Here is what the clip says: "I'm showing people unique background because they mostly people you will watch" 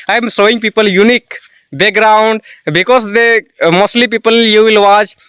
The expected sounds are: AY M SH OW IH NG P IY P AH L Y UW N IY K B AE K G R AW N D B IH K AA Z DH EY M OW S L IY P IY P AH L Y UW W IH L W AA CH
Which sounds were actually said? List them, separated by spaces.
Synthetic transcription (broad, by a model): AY M S OW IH NG P IY P AH L Y UW N IY K B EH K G R AW N D B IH K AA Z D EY M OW S L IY P IY P AH L Y UW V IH L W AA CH